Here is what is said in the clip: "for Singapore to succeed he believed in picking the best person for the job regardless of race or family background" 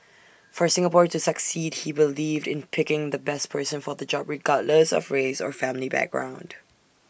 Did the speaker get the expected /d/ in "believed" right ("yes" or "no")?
yes